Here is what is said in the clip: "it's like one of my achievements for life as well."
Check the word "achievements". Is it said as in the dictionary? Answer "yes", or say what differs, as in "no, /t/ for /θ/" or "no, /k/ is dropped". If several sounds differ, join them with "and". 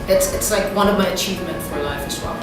no, /s/ is dropped